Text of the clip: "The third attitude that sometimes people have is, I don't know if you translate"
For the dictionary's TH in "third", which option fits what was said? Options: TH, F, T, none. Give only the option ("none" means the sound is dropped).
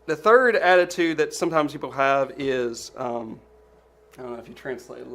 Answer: TH